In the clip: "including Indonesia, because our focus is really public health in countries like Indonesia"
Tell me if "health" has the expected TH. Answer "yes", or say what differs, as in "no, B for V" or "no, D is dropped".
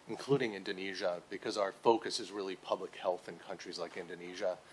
yes